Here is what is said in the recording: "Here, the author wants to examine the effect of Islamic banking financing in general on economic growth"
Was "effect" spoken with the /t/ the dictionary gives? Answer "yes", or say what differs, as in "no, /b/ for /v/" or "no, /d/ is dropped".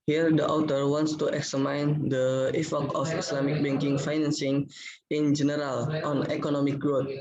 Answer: no, /t/ is dropped